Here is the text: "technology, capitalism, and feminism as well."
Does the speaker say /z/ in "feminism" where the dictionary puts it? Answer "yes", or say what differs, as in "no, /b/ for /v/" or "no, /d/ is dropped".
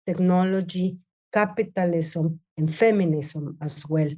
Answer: no, /s/ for /z/